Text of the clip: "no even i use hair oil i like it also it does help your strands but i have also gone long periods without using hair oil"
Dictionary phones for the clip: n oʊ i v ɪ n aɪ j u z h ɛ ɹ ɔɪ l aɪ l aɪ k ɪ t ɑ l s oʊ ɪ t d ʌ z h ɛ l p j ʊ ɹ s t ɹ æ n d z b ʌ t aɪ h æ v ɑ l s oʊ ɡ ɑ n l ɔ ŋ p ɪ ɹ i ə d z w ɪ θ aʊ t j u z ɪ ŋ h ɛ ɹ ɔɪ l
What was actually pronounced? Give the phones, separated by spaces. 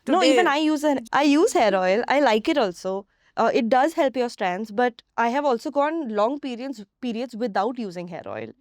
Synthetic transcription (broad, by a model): n oʊ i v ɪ n aɪ j u z h ɛ ɹ ɔɪ l aɪ l aɪ k ɪ t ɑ l s oʊ ɪ t d ʌ z h ɛ l p j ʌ ɹ s t ɹ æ n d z b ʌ t aɪ h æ v ɑ l s oʊ ɡ ɑ n l ɔ ŋ p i ɹ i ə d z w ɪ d aʊ t j u z ɪ ŋ h ɛ ɹ ɔɪ l